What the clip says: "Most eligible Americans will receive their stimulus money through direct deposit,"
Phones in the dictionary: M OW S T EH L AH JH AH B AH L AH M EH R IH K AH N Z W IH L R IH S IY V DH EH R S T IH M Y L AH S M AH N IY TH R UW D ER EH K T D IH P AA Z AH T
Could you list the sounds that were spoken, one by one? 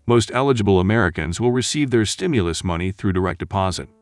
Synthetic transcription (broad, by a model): M OW S T EH L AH JH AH B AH L AH M EH R IH K AH N Z W IH L R IH S IY V DH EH R S T IH M Y L AH S M AH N IY TH R UW D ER EH K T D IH P AA Z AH T